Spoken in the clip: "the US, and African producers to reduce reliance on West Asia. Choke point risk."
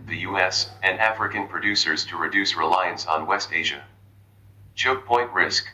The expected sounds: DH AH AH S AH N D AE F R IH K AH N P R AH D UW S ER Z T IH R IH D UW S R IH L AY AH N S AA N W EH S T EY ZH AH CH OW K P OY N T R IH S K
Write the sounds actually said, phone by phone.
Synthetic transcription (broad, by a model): DH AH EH S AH N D AE F R IH K AH N P R AH D UW S ER Z T IH R IH D UW S R IH L AY AH N S N W EH S T EY ZH AH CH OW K P OY N T R IH S K